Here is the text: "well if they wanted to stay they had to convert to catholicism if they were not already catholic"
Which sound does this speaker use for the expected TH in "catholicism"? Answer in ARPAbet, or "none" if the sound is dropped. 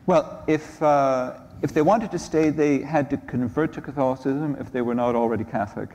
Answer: TH